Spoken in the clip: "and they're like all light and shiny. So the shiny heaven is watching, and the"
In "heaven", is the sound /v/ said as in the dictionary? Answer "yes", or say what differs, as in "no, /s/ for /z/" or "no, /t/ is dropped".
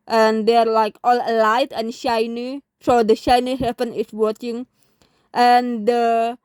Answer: no, /p/ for /v/